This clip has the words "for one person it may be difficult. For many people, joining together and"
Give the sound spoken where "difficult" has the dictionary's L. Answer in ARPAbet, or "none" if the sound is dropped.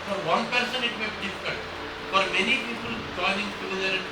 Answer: N